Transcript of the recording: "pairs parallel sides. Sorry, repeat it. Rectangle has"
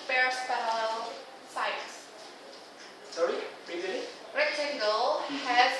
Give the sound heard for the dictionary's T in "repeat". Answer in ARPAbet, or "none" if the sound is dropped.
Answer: none